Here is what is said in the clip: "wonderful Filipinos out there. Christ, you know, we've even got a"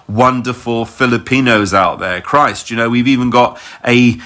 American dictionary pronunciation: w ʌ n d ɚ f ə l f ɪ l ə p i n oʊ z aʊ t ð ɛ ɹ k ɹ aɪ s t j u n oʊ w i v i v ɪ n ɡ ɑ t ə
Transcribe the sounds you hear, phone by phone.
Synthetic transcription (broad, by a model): w ʌ n d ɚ f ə l f ɪ l ə p i n oʊ z aʊ t ð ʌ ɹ k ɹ aɪ s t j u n oʊ w i v i v ɪ n ɡ ɑ t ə